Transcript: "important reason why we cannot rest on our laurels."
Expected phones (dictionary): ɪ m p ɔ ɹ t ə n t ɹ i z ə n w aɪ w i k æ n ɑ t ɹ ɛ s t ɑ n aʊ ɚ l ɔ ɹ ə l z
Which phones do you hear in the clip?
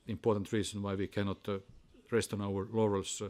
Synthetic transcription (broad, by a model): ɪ m p ɔ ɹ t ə n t ɹ i s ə n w aɪ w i k æ n ɑ t ɹ ɛ s t ɑ n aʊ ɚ l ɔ ɹ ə l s